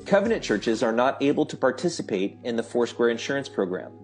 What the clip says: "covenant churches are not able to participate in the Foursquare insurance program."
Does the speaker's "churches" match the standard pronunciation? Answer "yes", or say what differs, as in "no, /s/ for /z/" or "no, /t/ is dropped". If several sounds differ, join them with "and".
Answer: yes